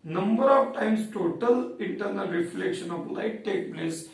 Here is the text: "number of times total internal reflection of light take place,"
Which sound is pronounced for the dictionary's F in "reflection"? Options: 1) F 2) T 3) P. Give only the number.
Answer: 1